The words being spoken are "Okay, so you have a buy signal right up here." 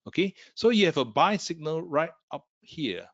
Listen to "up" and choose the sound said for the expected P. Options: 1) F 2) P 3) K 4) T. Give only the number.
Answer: 2